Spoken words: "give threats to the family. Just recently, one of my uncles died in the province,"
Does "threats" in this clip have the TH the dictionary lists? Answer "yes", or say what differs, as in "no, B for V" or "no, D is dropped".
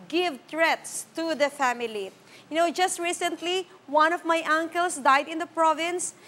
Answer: no, T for TH